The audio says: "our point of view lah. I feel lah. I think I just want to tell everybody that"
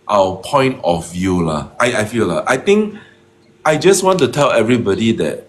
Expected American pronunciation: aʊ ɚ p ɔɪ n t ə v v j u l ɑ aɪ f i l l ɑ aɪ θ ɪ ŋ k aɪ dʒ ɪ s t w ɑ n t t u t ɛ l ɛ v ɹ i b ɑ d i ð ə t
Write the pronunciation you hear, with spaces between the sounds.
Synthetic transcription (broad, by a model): aʊ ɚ p ɔɪ n t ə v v j u l ɑ aɪ f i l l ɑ aɪ t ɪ ŋ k aɪ dʒ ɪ s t w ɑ n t t u t ɛ l ɛ v ɹ i b ɑ d i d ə t